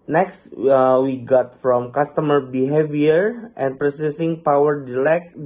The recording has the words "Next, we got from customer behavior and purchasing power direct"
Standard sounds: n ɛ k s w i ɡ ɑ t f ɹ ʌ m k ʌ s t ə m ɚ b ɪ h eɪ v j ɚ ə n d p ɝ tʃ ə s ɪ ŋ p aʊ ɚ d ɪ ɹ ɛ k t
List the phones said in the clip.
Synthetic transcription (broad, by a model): n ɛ k s w i ɡ ɑ t f ɹ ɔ m k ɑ s t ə m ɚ b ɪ h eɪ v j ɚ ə n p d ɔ s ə s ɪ ŋ p aʊ ɚ d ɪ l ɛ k